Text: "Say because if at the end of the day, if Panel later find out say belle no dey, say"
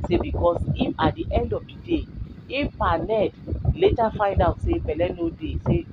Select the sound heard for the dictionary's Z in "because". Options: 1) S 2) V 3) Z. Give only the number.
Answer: 1